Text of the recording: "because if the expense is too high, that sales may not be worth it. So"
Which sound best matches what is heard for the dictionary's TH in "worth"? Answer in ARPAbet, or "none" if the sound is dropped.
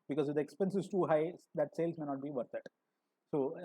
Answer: T